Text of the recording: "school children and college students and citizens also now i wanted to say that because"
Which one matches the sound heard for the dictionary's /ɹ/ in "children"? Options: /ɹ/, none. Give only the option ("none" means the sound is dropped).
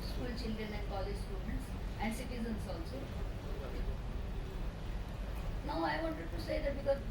none